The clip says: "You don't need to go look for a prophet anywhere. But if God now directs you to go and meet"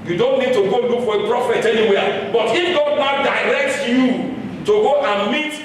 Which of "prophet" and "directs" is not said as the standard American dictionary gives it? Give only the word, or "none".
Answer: directs